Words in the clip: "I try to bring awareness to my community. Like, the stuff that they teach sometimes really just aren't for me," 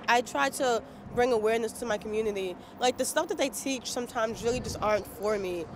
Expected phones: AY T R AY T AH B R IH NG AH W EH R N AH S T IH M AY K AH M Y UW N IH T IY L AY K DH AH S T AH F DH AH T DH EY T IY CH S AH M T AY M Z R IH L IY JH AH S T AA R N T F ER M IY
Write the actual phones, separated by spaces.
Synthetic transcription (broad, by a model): AY T R AY T AH B R IH NG AH W EH R N AH S T IH M AY K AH M Y UW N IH T IY L AY K DH AH S T AH F DH AH T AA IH T IY CH S AH M T AY M Z R IH L IY JH AH S T AA R N T F ER M IY